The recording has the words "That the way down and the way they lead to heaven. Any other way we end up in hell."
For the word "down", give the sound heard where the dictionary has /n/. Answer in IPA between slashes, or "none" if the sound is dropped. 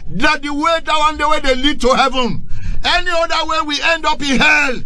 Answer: none